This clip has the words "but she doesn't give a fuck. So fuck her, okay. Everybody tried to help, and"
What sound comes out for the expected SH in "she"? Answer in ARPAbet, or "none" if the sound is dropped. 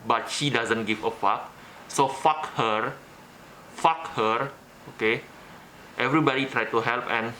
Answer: SH